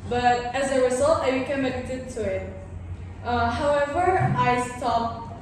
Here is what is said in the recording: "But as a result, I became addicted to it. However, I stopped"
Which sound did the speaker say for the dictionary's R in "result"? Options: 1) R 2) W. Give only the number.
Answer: 2